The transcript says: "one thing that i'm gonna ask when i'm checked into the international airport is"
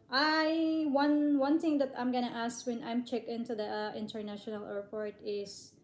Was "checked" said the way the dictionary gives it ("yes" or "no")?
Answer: no